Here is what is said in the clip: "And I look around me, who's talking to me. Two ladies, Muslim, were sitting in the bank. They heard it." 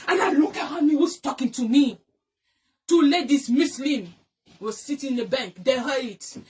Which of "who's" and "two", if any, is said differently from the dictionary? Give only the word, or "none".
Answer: who's